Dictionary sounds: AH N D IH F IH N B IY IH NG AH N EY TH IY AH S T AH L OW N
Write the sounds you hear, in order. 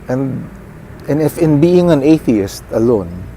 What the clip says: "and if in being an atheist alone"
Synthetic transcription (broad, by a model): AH N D IH F IH N B IY IH NG AH N EY TH IY AH S T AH L OW N